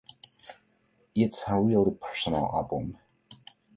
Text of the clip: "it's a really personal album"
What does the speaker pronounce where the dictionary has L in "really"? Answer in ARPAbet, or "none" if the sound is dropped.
L